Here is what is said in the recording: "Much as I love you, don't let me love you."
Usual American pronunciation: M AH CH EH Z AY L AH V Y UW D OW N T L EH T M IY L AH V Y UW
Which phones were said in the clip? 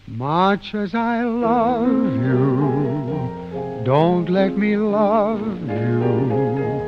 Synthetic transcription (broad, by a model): M AH CH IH Z AY L AH V Y UW D OW N T L EH T M IY L AH V Y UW